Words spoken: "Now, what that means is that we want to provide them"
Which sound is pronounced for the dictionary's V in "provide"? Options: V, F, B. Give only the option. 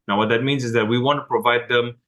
V